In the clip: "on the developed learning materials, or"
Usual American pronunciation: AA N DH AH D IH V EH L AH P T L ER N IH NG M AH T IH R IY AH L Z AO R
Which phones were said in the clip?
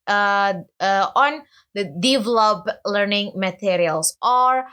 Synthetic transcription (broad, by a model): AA N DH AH D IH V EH L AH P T L ER N IH NG M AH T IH R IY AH L S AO R